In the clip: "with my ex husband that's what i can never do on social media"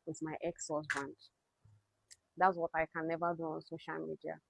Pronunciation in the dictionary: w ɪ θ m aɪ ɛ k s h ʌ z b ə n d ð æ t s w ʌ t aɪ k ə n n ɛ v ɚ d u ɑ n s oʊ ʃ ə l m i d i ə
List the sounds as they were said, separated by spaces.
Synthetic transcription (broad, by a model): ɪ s m aɪ ɛ k s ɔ s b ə n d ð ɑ t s w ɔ t aɪ k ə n n ɛ v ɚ d u ɑ n s oʊ ʃ ə l m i d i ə